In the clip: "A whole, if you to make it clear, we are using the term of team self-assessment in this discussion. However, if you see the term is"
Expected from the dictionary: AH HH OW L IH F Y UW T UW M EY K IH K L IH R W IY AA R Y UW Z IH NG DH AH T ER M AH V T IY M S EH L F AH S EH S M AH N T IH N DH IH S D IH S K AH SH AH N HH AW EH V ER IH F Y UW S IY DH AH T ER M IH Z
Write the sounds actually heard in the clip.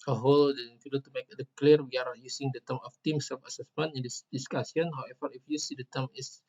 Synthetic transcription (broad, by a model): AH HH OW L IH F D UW T UW M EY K IH K L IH R W IY AA R Y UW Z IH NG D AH T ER M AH F T IY M S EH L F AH S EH S M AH N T IH N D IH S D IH S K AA S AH N HH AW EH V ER IH F Y UW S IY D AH T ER M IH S